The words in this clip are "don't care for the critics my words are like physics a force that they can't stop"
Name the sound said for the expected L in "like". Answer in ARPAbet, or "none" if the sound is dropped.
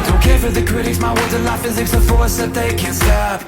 N